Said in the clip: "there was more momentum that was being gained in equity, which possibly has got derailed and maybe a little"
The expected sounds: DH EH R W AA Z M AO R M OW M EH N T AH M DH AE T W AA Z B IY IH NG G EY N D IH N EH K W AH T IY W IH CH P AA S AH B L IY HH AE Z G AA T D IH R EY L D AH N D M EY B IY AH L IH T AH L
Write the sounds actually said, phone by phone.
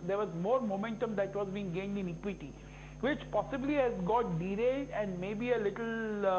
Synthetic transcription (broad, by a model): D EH R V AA Z M AO R M OW M EH N T AH M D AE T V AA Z B IY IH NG G EY N D IH N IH K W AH T IY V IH CH P AA S AH B L IY HH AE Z G AA T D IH R EY D AH N D M EY B IY AH L IH T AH L